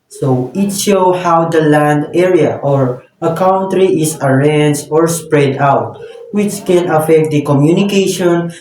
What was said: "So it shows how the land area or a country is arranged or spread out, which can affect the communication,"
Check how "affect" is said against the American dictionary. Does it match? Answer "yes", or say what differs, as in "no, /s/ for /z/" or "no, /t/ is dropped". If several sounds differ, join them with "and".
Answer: yes